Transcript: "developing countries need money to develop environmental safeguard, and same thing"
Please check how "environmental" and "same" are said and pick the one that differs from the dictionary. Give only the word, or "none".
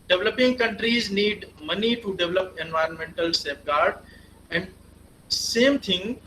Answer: none